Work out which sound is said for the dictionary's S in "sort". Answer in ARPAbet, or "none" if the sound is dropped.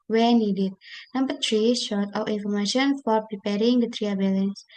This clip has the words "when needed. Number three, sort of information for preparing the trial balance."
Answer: SH